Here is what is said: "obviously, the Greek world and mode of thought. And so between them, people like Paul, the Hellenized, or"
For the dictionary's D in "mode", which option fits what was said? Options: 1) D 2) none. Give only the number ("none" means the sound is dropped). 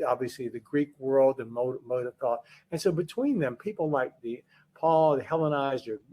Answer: 1